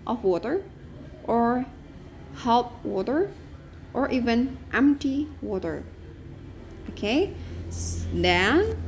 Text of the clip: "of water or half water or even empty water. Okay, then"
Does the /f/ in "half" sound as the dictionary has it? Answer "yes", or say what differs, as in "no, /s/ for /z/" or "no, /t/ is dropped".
no, /p/ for /f/